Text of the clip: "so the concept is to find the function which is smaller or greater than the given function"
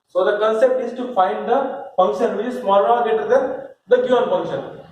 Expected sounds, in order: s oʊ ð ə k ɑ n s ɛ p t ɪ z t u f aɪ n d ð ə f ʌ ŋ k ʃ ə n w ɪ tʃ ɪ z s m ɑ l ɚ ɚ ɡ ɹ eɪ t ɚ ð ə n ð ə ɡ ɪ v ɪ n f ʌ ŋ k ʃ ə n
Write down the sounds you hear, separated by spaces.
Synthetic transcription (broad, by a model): s oʊ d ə k ɑ n s ɛ p t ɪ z t u f aɪ n d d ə f ʌ ŋ k ʃ ə n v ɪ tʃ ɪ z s m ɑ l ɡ eɪ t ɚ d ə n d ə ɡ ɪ ɪ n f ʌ ŋ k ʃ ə n